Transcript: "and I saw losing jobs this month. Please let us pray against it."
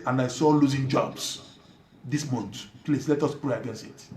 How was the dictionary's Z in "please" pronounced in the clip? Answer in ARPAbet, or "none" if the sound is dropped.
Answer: S